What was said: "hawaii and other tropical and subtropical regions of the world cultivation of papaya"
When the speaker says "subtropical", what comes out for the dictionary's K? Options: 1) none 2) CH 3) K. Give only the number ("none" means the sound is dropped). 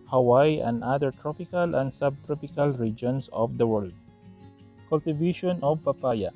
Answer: 3